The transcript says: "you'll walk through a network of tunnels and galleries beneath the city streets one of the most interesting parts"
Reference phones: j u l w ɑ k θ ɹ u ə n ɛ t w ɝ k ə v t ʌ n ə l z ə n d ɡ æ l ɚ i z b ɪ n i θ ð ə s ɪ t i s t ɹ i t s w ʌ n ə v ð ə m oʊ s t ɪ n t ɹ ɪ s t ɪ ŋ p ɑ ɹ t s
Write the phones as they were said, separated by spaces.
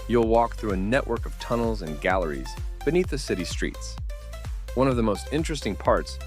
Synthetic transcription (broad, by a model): j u l w ɑ k θ ɹ u ə n ɛ t w ɝ k ə v t ʌ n l z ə n ɡ æ l ɚ i z b ɪ n i θ ð ə s ɪ t i s t ɹ i t s w ʌ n ə v ð ə m oʊ s t ɪ n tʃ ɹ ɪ s t ɪ ŋ p ɑ ɹ t s